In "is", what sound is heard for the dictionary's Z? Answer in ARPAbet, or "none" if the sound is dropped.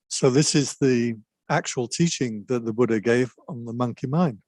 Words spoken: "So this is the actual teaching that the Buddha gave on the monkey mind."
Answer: Z